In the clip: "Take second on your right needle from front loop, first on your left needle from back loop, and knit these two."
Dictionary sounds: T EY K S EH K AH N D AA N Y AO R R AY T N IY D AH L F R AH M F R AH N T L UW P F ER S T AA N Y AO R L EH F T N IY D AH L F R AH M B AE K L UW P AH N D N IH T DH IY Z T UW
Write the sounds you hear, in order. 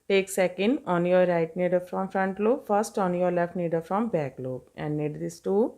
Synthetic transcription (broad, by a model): T EY K S EH K AH N D AA N Y AO R R AY T N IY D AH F R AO M F R AH N T L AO F ER S T AA N Y AO R L EH F T N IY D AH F R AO M B AE K L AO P AH N D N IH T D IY S T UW